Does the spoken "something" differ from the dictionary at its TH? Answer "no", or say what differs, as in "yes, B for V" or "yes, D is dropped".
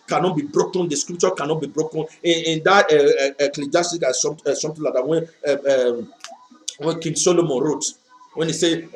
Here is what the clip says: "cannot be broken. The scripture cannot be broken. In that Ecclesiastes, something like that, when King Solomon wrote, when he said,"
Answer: yes, T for TH